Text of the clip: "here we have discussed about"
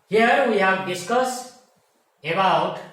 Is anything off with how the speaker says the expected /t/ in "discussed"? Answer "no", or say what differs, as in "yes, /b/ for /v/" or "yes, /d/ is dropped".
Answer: yes, /t/ is dropped